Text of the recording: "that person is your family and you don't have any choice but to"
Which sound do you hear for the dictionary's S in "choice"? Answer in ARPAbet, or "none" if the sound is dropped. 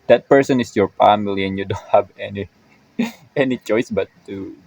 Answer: S